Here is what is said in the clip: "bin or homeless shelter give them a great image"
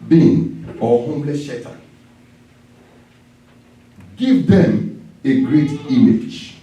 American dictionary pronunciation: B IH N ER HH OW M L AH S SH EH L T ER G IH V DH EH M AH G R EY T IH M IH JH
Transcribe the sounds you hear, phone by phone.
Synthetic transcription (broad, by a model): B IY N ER HH OW M L AH S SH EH T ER G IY V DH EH M AH G R EY T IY M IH JH